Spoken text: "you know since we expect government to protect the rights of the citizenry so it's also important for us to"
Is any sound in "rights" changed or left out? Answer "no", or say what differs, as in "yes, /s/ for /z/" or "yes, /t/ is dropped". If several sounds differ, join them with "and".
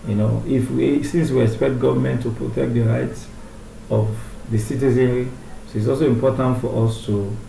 no